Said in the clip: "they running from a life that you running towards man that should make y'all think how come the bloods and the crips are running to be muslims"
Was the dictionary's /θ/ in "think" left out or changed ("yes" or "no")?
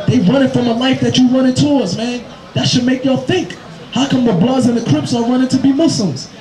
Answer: no